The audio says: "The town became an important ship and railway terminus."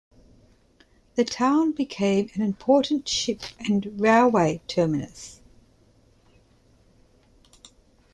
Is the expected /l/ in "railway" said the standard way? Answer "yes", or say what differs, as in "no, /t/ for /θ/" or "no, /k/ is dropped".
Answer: yes